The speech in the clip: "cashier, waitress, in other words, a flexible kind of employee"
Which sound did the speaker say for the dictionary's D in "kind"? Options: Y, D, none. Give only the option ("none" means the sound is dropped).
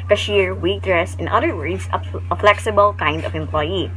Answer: D